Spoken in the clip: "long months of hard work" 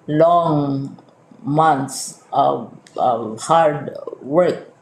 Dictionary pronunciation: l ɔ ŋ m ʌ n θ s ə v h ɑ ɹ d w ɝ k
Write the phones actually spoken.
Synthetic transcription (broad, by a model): l ɔ ŋ m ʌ n t s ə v h ɑ ɹ d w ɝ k